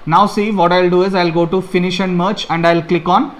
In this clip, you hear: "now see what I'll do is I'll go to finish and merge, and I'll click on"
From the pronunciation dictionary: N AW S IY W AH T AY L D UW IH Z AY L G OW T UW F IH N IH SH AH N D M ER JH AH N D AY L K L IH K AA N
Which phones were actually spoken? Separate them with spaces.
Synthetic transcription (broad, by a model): N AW S IY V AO T AY L D UW IH Z AY L G OW T UW F IH N IH SH AH N D M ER CH AH N D AY L K L IH K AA N